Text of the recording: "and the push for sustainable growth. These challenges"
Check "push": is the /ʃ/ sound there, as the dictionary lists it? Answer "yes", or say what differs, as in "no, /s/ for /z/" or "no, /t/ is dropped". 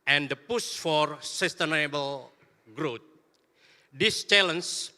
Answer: no, /s/ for /ʃ/